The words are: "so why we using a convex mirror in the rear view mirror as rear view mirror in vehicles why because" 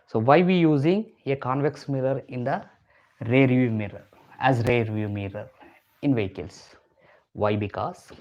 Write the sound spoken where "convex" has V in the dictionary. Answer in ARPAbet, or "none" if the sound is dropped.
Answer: V